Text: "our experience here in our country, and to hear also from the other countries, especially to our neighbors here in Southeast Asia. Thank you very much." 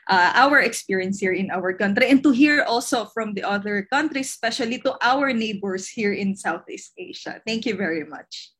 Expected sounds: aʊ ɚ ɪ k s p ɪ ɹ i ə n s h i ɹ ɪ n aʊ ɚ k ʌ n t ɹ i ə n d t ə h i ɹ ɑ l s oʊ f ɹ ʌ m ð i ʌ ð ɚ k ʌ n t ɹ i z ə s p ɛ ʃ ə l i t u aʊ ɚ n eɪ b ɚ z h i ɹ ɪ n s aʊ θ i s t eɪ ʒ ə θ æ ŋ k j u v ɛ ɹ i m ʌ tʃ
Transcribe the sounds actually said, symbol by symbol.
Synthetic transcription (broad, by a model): aʊ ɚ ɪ k s p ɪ ɹ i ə n s h i ɹ ɪ n aʊ ɚ k ʌ n t ɹ i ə n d t ə h i ɹ ɑ l s oʊ f ɹ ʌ m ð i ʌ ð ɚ k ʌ n t ɹ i s p ɛ ʃ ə l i t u aʊ ɚ n eɪ b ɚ s h i ɹ ɪ n s aʊ θ i s t eɪ ʃ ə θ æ ŋ k j u v ɛ ɹ i m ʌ tʃ